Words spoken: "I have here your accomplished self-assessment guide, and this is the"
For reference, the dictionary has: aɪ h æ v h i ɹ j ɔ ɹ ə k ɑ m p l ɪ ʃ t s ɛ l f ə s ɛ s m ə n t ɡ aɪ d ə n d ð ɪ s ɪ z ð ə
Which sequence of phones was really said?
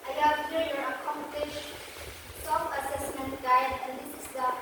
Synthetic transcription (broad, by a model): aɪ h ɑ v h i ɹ j ɔ ɹ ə k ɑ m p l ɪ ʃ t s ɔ f ə s ɛ s m ə n t ɡ aɪ d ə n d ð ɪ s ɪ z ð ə